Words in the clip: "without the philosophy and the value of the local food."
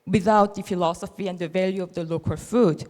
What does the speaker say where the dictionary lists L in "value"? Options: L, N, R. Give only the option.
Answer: L